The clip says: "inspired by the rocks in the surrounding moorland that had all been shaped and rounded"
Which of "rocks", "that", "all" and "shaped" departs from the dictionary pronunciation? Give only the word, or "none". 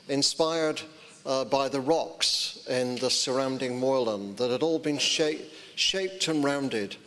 none